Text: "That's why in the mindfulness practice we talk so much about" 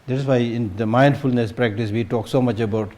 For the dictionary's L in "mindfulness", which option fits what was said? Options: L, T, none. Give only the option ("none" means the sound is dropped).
L